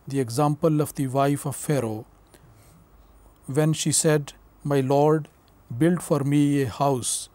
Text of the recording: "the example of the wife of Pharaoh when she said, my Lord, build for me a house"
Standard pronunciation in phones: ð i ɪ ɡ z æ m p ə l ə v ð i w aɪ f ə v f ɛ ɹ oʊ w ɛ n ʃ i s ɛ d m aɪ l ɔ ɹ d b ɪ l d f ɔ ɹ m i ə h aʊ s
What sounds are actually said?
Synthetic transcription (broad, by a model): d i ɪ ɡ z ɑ m p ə l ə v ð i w aɪ f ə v f ɛ ɹ oʊ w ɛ n ʃ i s ɛ d m aɪ l ɔ ɹ d b ɪ l d f ɔ ɹ m i ə h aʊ s